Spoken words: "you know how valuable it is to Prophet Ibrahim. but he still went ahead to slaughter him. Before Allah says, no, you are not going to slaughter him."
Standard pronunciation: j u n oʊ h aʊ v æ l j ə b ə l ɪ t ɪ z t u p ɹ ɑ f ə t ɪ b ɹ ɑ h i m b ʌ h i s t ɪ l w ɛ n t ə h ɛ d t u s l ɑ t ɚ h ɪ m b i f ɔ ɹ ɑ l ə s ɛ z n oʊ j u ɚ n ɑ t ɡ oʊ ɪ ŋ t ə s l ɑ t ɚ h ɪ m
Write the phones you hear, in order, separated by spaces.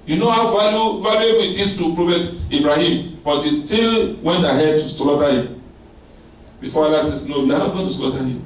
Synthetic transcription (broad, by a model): j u n oʊ h aʊ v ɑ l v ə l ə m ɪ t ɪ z t u p ɹ ɑ f ə t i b ɹ ɑ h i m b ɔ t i s t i l w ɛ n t ə h ɛ d t u s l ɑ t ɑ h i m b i f ɔ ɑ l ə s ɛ s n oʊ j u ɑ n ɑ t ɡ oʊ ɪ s t ə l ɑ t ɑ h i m